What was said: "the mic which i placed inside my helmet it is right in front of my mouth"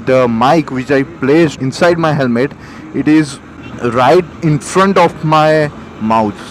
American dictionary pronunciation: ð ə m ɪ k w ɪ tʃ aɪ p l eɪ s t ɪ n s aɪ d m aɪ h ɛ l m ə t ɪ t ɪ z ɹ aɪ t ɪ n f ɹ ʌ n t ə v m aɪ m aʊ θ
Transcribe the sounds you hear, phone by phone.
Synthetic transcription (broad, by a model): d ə m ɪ k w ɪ tʃ aɪ p l eɪ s ɪ n s aɪ d m aɪ h ɛ l m ə t ɪ t ɪ z ɹ aɪ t ɪ n f ɹ ʌ n t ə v m aɪ m aʊ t